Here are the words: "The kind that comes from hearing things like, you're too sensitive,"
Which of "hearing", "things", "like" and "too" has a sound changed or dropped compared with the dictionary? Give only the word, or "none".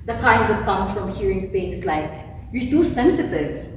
things